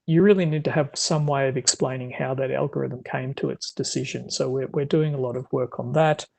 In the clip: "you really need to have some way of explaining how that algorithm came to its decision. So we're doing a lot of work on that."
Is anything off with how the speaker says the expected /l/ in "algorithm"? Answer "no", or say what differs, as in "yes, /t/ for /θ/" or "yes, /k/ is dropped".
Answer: no